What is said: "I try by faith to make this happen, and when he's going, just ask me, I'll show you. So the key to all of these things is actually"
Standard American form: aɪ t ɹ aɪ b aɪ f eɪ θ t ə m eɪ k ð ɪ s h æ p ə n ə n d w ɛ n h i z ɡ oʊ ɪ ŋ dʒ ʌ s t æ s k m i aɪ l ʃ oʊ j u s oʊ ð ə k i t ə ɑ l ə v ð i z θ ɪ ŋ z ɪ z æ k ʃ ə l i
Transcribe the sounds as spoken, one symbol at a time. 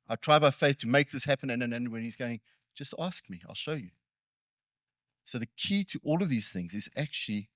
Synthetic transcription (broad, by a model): aɪ t ɹ aɪ b aɪ f eɪ θ t ə m eɪ k ð ɪ s h æ p ə n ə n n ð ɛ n h i z ɡ oʊ ɪ ŋ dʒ ʌ s t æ s k m i aɪ l ʃ oʊ j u s oʊ ð ə k i t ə ɑ l ə v ð i z θ ɪ ŋ z ɪ z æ k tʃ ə l i